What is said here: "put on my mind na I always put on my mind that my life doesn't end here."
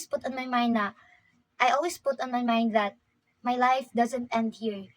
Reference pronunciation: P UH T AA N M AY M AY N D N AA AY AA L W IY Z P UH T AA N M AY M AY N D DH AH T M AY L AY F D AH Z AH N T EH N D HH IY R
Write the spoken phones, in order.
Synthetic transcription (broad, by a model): P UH T AA N M AY M AY N D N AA AY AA L W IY S P UH T AA N M AY M AY N D DH AH T M AY L AY F D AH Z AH N T EH N D HH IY R